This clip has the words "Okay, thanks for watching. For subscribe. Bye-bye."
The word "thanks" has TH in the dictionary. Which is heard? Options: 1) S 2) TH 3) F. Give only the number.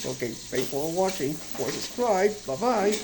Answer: 3